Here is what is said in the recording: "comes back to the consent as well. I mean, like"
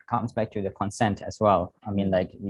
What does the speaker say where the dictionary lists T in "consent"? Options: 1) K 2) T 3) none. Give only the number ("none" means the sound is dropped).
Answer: 2